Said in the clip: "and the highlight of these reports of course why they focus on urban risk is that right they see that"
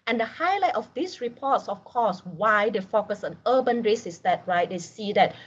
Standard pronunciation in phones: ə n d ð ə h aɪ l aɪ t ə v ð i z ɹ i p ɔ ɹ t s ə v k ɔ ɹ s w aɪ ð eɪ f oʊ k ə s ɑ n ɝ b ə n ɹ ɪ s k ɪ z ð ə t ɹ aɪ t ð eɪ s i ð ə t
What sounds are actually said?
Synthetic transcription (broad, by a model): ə n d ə h aɪ l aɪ t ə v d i s ɹ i p ɔ t s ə f k ɔ s w aɪ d eɪ f oʊ k ə s ɑ n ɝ b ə n ɹ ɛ s ɪ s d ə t ɹ aɪ t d eɪ s i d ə t